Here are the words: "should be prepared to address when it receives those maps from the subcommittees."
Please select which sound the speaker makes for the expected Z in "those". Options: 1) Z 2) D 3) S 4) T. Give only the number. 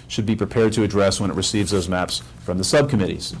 1